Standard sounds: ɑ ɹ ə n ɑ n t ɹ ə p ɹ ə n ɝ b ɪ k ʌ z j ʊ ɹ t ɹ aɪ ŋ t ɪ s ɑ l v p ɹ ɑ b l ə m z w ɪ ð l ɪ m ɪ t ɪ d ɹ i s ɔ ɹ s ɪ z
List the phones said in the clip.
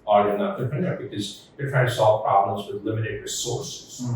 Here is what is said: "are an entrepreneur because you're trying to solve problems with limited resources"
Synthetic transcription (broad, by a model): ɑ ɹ ə n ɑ t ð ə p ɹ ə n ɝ b ɪ k ʌ z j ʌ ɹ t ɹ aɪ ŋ t ɪ s ɑ l v p ɹ ɑ b l ə m z w ɪ ð l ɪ m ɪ t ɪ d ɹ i s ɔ ɹ s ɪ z